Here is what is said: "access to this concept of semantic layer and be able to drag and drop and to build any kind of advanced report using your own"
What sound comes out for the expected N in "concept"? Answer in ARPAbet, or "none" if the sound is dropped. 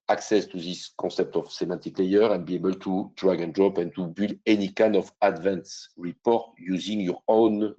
none